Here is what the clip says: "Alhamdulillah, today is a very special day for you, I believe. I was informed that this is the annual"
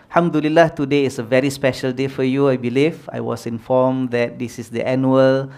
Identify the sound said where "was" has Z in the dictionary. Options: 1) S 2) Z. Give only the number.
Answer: 1